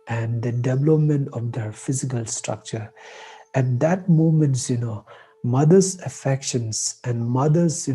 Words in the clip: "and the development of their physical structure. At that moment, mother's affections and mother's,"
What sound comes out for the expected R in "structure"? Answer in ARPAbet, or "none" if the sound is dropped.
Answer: R